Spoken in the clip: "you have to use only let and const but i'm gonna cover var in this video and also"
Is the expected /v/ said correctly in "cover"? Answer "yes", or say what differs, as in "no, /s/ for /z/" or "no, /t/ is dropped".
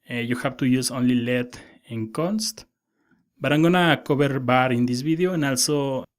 no, /b/ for /v/